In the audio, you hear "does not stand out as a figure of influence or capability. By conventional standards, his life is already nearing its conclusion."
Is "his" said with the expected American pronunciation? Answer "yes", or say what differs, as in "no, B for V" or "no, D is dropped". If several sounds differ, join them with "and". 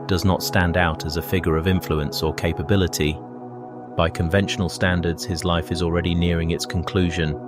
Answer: yes